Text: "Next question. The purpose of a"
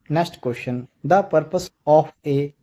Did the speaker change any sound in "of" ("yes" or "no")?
yes